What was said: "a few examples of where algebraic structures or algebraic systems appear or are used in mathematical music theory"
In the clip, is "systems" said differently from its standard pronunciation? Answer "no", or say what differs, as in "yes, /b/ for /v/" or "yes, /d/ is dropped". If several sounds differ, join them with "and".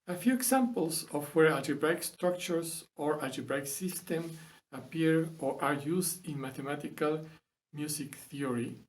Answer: yes, /z/ is dropped